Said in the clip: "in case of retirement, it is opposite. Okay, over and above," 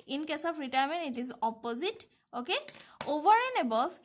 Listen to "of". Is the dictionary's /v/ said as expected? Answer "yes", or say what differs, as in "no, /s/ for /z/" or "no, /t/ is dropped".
no, /p/ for /v/